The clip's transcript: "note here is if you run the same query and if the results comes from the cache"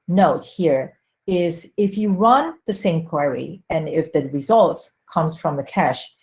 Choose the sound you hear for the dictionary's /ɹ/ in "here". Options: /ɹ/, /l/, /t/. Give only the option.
/ɹ/